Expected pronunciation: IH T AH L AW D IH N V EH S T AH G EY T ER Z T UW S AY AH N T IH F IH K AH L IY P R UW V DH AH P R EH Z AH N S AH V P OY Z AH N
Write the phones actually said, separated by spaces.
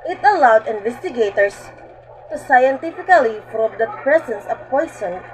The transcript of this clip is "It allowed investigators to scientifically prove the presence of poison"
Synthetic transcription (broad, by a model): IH T AH L AW D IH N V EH S T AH G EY T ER S T UW S AY AH N T IH F IH K AH L IY F R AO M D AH P R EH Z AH N S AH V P OY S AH N